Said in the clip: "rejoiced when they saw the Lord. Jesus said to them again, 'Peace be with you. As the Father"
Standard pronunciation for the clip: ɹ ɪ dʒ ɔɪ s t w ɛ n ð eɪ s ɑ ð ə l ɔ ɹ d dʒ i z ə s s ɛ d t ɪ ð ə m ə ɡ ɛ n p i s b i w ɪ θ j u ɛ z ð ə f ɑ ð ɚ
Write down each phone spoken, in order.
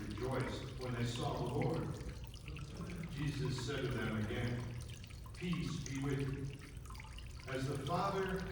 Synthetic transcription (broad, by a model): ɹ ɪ dʒ ɔɪ s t w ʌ n ð eɪ s ɑ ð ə l ɔ ɹ d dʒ i z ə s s ɛ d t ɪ ð ə m ə ɡ ɛ n p i s b i w ɪ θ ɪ z ð ə f ɑ ð ɚ